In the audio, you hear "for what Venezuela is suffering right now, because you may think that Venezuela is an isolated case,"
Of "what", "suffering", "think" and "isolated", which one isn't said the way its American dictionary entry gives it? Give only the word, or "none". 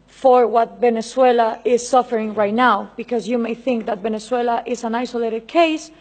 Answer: none